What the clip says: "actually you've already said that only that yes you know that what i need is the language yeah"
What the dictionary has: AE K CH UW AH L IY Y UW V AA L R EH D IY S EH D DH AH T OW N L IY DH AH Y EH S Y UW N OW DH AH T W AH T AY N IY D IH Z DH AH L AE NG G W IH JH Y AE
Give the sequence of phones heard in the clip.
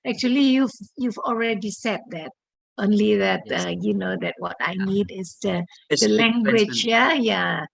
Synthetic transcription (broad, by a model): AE K CH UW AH L IY Y UW V AA L R EH D IY S EH D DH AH T OW N L IY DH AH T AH Y UW N OW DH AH T W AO T AY N IY D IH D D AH L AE NG G W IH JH Y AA